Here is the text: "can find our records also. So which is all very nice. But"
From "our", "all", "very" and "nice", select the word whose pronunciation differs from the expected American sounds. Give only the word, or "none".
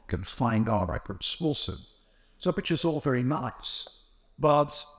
none